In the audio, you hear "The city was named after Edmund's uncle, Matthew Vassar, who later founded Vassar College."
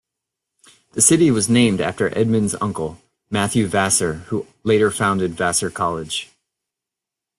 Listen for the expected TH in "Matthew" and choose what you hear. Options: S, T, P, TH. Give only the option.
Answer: TH